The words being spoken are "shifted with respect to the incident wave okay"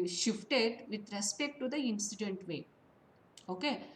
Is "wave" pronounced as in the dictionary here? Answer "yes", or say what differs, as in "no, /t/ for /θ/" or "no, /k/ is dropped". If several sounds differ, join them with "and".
no, /v/ is dropped